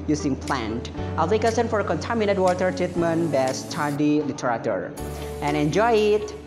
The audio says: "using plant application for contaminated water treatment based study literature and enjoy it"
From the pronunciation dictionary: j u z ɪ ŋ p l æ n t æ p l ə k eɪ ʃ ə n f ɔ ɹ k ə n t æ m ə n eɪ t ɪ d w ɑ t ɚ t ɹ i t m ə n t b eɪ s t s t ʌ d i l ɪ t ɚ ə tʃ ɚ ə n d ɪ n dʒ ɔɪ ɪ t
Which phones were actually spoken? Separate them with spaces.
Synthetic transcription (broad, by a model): j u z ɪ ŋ p l æ n t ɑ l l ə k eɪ s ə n f ɔ ɹ k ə n t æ m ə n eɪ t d w ɑ t ɚ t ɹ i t m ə n b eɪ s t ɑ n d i l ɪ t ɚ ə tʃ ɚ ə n ɪ n dʒ ɔɪ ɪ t